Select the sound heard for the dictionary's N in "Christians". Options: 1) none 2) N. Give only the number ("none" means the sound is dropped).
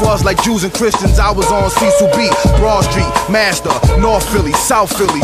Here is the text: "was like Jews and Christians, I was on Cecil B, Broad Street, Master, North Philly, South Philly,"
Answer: 2